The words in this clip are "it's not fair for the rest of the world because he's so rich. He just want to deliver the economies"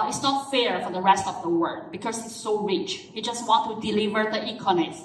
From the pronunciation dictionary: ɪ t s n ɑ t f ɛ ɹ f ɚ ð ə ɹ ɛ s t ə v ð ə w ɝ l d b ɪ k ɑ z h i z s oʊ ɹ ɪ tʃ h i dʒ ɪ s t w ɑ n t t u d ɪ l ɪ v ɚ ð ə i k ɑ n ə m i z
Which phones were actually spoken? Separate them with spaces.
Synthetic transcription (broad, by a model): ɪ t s n ɑ t f ɛ ɹ f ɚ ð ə ɹ ɛ s t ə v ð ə w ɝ d b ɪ k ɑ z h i s oʊ ɹ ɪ tʃ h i dʒ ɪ s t w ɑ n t t u d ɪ l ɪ v ɚ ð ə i k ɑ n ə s